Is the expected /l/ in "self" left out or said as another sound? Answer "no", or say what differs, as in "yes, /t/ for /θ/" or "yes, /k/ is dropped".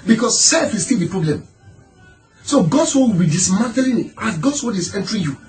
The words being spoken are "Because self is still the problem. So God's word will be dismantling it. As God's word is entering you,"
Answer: no